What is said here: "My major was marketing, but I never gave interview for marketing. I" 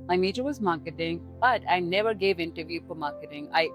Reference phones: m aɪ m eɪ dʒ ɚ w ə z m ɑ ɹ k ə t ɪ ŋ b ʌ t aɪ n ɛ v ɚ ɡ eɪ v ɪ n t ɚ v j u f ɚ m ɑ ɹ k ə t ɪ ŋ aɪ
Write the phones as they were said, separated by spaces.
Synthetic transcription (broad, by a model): m aɪ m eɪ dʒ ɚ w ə z m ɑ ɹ k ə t ɪ ŋ b ʌ t aɪ n ɛ v ɚ ɡ eɪ v ɪ n t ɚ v j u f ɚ m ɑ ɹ k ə t ɪ ŋ aɪ